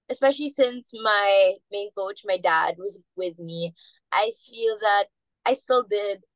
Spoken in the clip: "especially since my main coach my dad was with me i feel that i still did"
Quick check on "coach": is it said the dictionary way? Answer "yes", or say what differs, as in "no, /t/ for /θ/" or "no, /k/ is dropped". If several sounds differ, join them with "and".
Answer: yes